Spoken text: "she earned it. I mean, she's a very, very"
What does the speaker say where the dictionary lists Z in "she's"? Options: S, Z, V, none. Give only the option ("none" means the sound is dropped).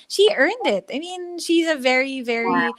Z